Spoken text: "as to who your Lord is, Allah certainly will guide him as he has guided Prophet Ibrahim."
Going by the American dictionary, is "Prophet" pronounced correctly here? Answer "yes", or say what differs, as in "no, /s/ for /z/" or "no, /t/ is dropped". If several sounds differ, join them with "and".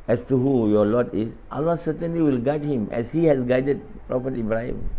no, /p/ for /f/